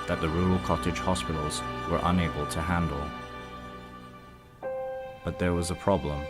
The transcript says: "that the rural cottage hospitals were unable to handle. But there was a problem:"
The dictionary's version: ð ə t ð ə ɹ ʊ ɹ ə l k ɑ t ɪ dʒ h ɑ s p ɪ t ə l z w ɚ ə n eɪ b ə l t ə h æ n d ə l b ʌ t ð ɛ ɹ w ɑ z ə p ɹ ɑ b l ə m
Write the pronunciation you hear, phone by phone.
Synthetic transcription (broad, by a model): ð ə t ð ə ɹ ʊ ɹ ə l k ɑ t ɪ dʒ h ɑ s p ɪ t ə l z w ɚ ə n eɪ b ə l t ə h æ n d ə l b ʌ t ð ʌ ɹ w ɑ z ə p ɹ ɑ b l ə m